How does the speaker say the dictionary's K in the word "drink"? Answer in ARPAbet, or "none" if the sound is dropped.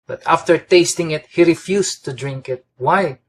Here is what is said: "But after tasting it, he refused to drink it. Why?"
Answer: K